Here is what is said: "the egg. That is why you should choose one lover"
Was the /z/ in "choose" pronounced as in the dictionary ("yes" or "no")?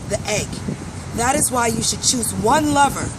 yes